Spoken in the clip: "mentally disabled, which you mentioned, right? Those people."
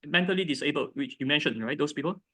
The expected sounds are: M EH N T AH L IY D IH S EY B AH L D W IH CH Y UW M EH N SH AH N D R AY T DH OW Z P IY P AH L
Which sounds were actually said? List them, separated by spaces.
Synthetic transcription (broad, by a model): M EH N T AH L IY D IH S EY B AH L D W IH CH Y UW M EH N SH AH N R AY T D OW S P IY P AH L